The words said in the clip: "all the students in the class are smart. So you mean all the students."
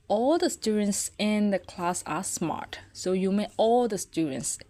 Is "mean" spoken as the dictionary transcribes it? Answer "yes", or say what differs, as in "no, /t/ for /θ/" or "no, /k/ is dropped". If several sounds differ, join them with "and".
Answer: no, /n/ is dropped